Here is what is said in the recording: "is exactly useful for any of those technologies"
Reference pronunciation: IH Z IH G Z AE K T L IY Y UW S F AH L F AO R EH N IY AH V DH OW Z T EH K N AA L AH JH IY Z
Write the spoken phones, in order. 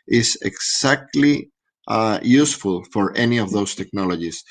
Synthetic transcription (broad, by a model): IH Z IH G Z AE K T L IY Y UW S F AH L F AO R EH N IY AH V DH OW S T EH K N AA L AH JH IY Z